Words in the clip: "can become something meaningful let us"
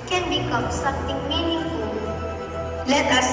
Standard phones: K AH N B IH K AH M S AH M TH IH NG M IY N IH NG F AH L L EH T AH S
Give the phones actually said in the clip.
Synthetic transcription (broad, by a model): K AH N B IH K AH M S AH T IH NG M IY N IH F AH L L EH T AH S